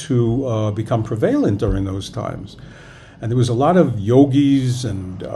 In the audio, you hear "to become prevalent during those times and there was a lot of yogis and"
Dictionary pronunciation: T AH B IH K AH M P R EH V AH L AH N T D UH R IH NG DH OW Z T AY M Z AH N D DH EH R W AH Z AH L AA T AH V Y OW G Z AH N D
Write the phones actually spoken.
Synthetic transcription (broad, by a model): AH B IH K AH M P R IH V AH L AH N D UH R IH NG DH OW Z T AY M Z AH N DH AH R W AH Z AH L AA T AH V Y OW G Z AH N